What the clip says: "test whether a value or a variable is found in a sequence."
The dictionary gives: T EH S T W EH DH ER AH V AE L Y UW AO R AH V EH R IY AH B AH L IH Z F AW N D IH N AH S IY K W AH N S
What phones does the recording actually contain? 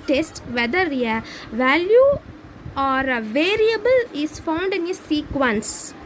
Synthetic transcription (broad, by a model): T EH S T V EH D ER AH V AE L Y UW AO R AH V EH R IY AH B AH L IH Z F AW N D IH N AH S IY K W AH N S